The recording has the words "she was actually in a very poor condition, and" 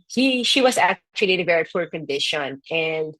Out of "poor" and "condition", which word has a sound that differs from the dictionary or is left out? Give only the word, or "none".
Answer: poor